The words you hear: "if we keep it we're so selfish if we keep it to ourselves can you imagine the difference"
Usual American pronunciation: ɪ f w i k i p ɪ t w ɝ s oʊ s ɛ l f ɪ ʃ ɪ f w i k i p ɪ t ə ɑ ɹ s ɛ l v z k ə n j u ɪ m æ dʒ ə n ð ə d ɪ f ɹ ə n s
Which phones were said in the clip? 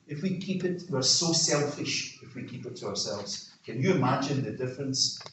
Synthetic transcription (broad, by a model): ɪ f w i k i p ɪ t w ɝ s oʊ s ɛ l f ɪ ʃ ɪ f w i k i p ɪ t ə ɑ ɹ s ɛ l v z k ə n j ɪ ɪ m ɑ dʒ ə n ð ə d ɪ f ɹ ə n s